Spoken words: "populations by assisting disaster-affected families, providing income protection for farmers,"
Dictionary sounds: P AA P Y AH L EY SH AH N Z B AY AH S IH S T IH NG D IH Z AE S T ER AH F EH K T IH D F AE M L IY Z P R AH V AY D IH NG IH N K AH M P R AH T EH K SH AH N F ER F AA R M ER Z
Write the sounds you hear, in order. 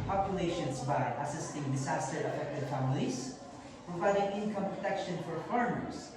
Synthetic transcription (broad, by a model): P AA P Y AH L EY SH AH N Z B AY AH S IH S T IH NG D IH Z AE S T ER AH F EH K T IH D F AE M L IY Z P R AH V AY D IH NG IH N K AH M P R AH T EH K SH AH N F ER F AA R M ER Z